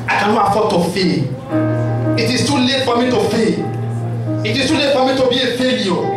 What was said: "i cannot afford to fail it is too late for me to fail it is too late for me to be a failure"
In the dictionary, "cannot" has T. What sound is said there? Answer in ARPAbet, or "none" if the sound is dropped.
none